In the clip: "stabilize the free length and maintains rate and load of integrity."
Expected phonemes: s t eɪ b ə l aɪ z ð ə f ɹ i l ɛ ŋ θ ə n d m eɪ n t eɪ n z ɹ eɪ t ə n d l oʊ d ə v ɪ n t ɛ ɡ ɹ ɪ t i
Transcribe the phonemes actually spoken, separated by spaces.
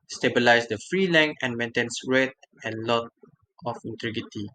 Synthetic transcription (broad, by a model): s t eɪ b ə l aɪ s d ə f ɹ i l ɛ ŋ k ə n m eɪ n t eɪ n s ɹ eɪ t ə n l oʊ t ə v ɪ n t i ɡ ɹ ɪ t i